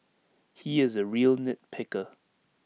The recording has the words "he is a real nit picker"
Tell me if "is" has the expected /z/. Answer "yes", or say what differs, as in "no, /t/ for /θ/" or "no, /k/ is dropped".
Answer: yes